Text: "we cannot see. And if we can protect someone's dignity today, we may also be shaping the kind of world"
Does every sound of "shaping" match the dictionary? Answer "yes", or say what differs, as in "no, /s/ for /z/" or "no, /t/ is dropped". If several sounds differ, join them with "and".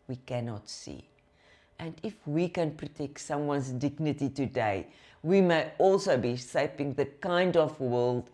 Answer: no, /s/ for /ʃ/